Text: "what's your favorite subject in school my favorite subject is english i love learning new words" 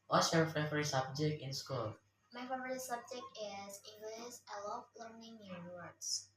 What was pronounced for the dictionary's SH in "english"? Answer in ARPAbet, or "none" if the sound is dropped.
S